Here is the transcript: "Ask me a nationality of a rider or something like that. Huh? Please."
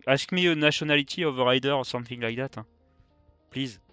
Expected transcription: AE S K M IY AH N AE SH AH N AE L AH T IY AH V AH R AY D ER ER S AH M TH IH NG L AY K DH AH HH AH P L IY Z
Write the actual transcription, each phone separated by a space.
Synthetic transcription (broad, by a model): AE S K M IY AH N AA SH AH N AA L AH T IY AH V AH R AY D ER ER S AH M TH IH NG L AY K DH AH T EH P L IY Z